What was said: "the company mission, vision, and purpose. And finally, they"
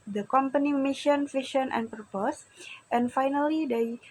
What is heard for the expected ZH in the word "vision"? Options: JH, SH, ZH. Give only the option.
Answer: SH